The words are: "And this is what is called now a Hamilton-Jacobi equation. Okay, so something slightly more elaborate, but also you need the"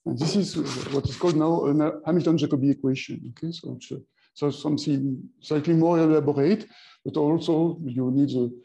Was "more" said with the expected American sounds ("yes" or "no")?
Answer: no